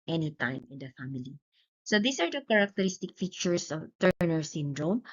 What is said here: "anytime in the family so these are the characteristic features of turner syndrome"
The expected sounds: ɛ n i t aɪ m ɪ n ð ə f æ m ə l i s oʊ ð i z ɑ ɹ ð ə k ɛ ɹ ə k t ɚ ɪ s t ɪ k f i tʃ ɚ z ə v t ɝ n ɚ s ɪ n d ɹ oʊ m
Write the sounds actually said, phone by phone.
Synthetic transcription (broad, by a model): ɛ n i t aɪ m ɪ n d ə f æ m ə l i s oʊ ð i s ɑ ɹ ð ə k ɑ ɹ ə k t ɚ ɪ s t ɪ k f i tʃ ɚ s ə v t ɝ n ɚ s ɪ n d ɹ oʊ m